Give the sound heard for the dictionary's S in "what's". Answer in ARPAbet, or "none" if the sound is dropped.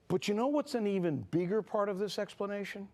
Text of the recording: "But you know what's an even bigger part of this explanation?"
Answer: S